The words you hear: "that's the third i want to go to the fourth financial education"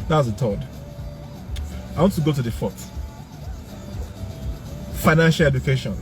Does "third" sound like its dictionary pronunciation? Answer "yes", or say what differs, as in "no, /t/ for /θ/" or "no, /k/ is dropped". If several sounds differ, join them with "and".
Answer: no, /t/ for /θ/